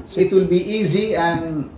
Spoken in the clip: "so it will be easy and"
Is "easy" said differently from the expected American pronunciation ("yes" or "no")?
no